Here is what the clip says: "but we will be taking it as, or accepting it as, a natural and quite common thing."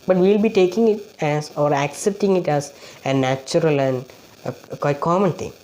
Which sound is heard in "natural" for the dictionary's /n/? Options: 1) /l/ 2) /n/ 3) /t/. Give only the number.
2